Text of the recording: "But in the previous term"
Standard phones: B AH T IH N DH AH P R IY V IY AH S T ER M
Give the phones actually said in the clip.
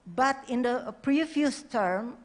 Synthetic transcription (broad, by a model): B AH T IH N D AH P R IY F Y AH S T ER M